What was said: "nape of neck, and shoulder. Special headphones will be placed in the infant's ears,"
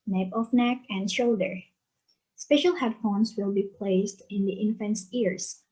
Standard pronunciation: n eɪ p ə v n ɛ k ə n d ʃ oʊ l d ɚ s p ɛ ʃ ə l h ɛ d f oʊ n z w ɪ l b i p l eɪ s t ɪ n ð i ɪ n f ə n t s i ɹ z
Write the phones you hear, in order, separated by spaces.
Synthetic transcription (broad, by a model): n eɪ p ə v n ɛ k ə n d ʃ oʊ l d ɚ s p ɛ ʃ ə l h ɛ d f oʊ n s w ɪ l b i p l eɪ s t ɪ n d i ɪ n f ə n s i ɹ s